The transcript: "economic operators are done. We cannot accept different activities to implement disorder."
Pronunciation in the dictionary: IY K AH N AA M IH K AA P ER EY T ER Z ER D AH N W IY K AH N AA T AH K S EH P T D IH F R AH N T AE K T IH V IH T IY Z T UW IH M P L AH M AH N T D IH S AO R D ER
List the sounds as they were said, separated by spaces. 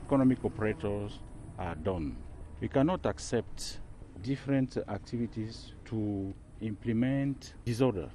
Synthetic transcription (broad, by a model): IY K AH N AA M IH K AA P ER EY T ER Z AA D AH N W IY K AH N AA T AH K S EH P T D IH F R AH N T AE K T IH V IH T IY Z T UW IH M P L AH M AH N T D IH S AO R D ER